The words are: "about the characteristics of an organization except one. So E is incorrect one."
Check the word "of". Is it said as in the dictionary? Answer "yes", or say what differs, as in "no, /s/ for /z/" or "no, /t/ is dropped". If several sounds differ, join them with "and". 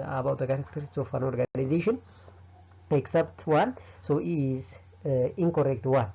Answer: no, /f/ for /v/